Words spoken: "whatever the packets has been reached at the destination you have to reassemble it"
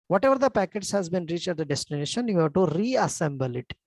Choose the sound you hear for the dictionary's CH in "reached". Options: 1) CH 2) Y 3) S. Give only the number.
1